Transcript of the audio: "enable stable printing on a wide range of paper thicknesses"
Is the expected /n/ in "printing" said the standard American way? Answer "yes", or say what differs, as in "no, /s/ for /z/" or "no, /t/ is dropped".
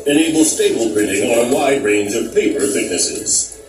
no, /n/ is dropped